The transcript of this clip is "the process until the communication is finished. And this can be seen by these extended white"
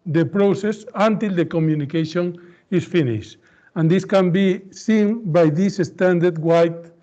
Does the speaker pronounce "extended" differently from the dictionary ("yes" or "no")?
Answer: yes